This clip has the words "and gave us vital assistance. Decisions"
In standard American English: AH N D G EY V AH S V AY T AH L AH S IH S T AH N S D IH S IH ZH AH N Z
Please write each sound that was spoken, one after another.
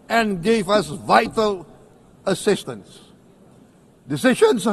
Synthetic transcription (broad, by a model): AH N G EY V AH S V AY T AH L AH S IH S T AH N S D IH S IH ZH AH N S